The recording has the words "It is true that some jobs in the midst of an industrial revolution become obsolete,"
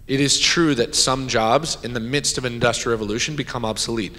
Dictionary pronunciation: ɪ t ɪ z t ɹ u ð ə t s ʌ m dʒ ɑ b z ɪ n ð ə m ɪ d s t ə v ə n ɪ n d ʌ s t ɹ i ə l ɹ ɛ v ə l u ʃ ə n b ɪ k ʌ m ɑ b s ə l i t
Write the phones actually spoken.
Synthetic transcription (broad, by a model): ɪ t ɪ z t ɹ u ð ə t s ʌ m dʒ ɑ b z ɪ n ð ə m ɪ d s t ə v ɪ n d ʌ s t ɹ ɹ ɛ v ə l u ʃ ə n b ɪ k ʌ m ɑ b s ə l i t